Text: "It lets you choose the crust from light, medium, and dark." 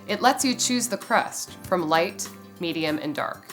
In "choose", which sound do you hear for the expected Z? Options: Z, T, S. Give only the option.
Z